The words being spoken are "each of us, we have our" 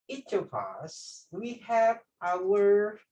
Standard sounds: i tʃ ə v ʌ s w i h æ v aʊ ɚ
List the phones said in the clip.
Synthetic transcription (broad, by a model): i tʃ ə p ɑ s w i h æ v aʊ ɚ